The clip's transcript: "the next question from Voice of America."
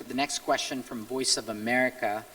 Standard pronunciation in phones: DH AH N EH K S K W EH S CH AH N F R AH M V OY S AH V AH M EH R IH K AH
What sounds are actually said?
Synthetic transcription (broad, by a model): DH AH N EH K S K W EH S CH AH N F R AH M V OY S AH V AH M EH R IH K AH